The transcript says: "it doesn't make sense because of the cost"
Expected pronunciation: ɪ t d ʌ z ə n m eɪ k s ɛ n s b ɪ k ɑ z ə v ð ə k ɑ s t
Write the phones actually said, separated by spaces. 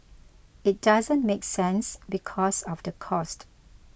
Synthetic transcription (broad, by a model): ɪ t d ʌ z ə n m eɪ k s ɛ n s b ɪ k ɑ s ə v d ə k ɑ s t